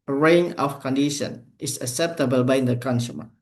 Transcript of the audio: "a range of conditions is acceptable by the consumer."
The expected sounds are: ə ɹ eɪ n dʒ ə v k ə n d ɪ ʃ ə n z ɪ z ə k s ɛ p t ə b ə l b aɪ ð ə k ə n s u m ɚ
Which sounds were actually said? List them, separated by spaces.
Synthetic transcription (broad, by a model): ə ɹ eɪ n ə f k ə n d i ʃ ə n ɪ s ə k s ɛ p t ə b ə l b aɪ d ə k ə n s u m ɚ